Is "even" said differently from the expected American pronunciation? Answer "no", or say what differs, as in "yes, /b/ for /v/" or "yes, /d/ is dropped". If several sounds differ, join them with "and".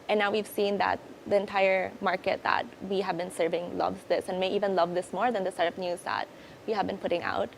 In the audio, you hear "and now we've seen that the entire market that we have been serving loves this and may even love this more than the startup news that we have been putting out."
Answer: no